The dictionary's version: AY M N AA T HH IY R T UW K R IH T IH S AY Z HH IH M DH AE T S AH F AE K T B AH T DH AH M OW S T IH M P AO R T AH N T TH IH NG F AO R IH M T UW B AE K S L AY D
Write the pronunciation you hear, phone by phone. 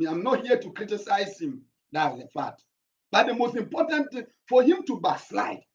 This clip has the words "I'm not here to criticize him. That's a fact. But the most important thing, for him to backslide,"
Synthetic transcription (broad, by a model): AY M N AA T HH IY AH T UW K R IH T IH S AY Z HH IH M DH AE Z AH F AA T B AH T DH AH M OW S T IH M P AO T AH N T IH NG F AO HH IH M T UW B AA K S L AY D